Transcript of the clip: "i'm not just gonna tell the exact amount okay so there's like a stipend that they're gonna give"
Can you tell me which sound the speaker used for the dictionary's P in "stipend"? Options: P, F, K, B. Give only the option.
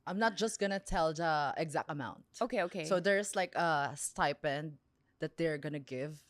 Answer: P